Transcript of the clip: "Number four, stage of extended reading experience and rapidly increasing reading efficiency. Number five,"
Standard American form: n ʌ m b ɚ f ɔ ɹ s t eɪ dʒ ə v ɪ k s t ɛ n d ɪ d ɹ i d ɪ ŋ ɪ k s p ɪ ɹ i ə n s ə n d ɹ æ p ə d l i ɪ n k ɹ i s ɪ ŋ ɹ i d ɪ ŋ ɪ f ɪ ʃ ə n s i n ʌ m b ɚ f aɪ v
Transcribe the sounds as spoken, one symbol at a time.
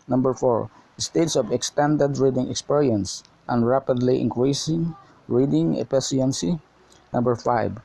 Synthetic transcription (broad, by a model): n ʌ m b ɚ f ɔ ɹ s t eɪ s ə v ɪ k s t ɛ n d ɪ d ɹ i d ɪ ŋ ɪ k s p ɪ ɹ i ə n s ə n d ɹ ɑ p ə d l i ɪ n k ɹ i s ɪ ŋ ɹ i d ɪ ŋ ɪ p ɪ s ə n s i n ʌ m b ɚ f aɪ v